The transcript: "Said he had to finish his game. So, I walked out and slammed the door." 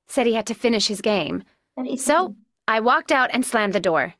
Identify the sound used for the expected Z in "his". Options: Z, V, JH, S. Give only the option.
Z